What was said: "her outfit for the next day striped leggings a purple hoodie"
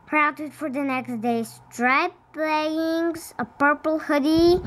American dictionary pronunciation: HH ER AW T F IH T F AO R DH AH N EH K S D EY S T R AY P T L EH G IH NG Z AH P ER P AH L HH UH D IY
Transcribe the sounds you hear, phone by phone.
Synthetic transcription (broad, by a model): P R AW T IH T F AO R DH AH N EH K S D EY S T R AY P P L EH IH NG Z AH P ER P AH L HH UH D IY